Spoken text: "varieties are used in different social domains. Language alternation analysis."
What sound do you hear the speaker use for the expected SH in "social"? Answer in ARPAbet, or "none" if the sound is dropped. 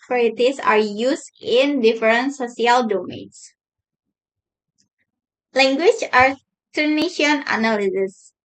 S